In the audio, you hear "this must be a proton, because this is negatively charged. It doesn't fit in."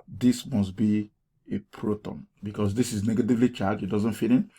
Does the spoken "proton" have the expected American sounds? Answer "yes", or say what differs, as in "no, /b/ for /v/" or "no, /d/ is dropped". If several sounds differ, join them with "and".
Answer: yes